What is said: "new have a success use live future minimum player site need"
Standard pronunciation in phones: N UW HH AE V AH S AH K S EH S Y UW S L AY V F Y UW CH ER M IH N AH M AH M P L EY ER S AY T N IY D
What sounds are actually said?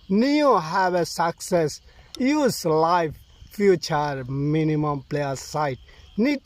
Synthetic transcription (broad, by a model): N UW HH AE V AH S AH K S EH S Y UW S L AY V F Y UW CH ER M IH N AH M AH M P L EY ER S AY T N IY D